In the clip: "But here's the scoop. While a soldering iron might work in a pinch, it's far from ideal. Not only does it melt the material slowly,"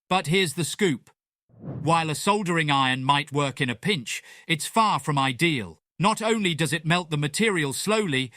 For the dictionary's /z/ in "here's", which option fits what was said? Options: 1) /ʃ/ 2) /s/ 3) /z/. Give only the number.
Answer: 3